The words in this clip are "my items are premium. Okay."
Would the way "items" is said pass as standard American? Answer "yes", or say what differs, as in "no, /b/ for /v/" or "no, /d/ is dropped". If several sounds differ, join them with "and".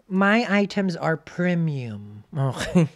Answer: yes